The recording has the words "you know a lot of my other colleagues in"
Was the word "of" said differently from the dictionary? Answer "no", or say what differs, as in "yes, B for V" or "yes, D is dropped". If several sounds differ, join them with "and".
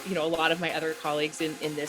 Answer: no